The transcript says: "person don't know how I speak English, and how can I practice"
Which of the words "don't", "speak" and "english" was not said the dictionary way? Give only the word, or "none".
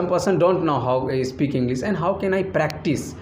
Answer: english